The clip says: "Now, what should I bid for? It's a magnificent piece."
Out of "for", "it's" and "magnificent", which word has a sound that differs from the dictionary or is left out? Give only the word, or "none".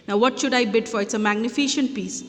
magnificent